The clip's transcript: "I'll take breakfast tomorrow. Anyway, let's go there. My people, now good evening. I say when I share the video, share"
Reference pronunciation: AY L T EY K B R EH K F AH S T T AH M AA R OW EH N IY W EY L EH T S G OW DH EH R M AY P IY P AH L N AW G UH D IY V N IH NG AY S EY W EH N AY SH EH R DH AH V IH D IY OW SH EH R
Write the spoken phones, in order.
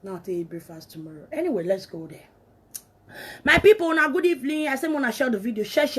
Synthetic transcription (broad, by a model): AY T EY B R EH F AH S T T AH M AA R OW EH N IY W EY L EH T S G OW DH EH M AY P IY P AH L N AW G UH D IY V L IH AY S EY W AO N AY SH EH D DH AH V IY D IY OW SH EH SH